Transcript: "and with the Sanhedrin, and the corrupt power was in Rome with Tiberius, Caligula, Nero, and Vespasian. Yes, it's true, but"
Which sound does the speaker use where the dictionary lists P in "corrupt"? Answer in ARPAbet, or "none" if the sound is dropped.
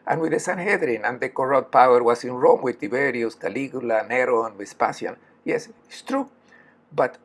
none